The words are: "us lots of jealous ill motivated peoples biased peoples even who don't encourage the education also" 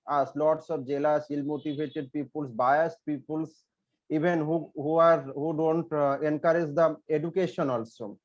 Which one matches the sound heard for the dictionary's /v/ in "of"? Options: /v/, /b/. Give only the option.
/b/